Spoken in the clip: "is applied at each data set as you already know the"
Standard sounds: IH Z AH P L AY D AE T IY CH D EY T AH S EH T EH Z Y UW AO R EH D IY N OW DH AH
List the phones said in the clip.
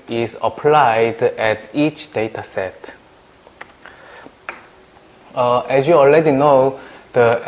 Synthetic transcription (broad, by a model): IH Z AH P L AY D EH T IY CH D EY T AH S EH T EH S Y UW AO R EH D IY N OW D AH